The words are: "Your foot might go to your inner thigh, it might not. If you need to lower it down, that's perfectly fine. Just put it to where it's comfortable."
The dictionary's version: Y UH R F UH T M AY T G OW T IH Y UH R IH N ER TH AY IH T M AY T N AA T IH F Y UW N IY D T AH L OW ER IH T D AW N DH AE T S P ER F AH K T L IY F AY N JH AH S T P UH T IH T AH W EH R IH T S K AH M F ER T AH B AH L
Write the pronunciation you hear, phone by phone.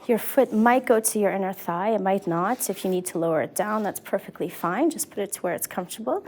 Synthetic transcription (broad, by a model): Y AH R F UH T M AY T G OW T IH Y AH R IH N ER TH AY IH T M AY T N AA T IH F Y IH N IY D T AH L OW ER IH T D AW N DH AE T S P ER F AH K T L IY F AY N JH AH S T P UH T IH T AH W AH R IH T S K AH M F T AH B L